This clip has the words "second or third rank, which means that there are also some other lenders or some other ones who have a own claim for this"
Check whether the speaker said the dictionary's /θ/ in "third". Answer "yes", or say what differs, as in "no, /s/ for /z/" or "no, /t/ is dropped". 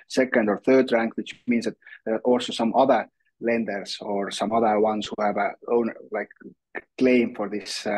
yes